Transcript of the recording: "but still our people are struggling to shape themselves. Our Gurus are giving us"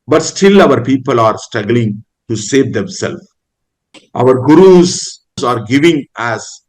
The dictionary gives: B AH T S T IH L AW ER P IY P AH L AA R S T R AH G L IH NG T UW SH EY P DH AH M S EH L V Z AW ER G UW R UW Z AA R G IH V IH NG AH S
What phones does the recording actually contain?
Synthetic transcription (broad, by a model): B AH T S T IH L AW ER P IY P AH L AA R S T R AH G L IH NG T UW S EY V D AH M S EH L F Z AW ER G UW R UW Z AA R G IH V IH NG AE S